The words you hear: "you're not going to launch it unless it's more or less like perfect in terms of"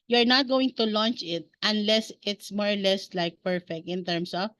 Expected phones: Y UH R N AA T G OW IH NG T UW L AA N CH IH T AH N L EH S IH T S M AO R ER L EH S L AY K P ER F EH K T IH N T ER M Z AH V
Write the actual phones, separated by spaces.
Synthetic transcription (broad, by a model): Y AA R N AA T G OW IH NG T UW L AA N CH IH T AH N L EH S IH T S M AO R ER L EH S L AY K P ER F EH K T IH N T ER M S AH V